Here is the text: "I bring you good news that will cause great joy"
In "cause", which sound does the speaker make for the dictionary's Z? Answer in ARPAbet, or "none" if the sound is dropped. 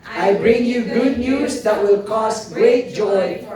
S